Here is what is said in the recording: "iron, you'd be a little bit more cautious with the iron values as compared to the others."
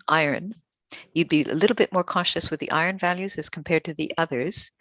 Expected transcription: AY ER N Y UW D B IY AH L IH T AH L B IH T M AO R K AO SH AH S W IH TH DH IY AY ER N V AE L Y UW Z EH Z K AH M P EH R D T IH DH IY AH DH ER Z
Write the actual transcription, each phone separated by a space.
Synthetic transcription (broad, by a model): AY ER N Y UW D B IY AH L IH T L B IH T M AO R K AO SH AH S W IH DH IY AY ER N V AE L Y UW Z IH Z K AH M P EH R D T IH DH IY AH DH ER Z